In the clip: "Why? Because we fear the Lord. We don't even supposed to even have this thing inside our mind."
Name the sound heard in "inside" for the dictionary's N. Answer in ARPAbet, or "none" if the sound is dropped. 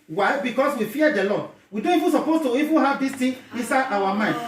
N